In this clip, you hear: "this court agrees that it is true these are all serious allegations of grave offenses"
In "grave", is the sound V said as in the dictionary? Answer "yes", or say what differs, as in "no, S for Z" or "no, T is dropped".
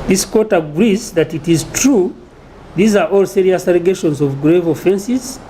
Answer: yes